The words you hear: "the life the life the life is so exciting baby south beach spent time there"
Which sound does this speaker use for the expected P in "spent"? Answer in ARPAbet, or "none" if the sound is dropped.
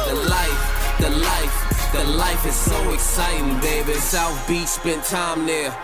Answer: B